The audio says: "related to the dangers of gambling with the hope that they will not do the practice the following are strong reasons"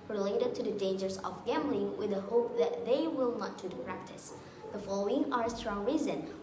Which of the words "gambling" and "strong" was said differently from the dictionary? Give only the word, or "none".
none